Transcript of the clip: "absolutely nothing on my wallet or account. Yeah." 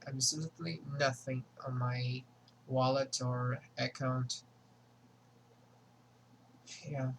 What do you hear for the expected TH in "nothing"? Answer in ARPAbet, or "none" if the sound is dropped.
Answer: TH